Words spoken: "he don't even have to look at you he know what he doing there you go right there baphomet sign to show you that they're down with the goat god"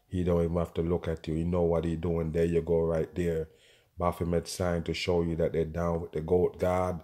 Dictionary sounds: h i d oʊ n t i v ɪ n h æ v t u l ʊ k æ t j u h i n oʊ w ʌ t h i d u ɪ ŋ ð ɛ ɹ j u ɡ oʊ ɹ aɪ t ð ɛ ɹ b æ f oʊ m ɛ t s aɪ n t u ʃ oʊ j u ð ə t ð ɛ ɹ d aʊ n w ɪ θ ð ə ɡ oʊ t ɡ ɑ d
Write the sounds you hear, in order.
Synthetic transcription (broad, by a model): h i d oʊ n t i v ɪ n h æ f t u l ʊ k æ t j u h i n oʊ w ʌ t h i d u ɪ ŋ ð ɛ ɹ j u ɡ oʊ ɹ aɪ t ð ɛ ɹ b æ f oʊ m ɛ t s aɪ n t u ʃ oʊ j u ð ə t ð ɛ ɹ d aʊ n w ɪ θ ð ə ɡ oʊ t ɡ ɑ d